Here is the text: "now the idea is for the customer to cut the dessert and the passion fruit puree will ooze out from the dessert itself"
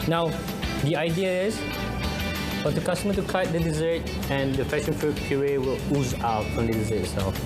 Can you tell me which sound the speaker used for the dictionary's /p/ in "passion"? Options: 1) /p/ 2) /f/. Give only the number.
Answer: 2